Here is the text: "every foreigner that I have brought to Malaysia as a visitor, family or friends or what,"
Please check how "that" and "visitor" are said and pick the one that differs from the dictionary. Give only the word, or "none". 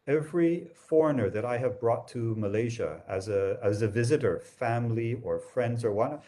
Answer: none